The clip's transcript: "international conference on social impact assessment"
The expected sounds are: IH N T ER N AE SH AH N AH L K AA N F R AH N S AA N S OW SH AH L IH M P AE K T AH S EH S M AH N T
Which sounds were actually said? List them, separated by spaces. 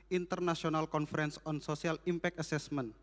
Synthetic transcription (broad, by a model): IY N T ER N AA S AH N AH L K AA N F R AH N S AA N S OW S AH L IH M P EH K AH S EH S M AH N